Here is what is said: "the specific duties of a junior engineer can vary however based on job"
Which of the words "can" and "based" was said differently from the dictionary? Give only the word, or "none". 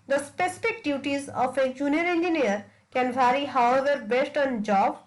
none